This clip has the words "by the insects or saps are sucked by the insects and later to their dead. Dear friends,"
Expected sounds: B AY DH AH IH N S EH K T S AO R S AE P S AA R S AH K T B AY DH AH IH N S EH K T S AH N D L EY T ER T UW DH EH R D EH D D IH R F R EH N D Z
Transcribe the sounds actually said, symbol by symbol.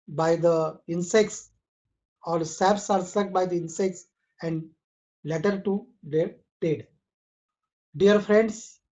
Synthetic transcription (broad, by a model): B AY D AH IH N S EH K T S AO L S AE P S AA R S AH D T B AY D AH IH N S EH K T S AH N D L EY T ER T UW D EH R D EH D D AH R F R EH N D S